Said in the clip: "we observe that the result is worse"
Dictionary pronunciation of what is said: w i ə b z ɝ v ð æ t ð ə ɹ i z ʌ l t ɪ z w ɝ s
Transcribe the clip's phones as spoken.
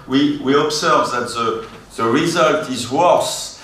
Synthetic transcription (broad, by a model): w i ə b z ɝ v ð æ t ð ə ɹ i z ʌ l t ɪ z w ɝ s